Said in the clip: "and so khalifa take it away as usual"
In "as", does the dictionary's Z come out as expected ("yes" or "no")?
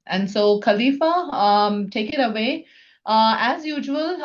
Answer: yes